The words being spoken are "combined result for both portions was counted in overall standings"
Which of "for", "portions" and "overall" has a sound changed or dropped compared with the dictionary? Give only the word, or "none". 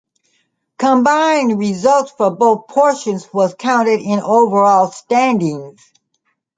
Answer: none